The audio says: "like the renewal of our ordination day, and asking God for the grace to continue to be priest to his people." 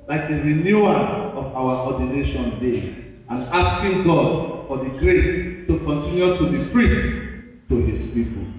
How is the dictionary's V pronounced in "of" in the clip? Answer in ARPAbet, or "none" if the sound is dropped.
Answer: W